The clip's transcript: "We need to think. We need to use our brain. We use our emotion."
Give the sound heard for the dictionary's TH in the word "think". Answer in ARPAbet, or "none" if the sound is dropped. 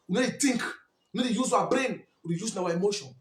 T